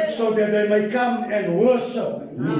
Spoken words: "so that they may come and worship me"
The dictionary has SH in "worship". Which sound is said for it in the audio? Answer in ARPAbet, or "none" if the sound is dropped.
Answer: S